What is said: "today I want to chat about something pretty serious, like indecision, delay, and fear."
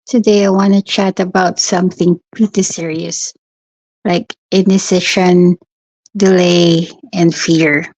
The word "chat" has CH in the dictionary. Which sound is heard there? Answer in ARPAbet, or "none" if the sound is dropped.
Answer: CH